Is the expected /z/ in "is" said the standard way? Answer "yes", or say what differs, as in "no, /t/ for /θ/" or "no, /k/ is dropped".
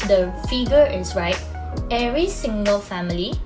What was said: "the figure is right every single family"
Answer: no, /s/ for /z/